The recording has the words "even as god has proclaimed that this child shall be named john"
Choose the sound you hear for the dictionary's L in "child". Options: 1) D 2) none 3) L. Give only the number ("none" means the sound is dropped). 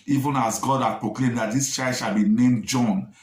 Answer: 2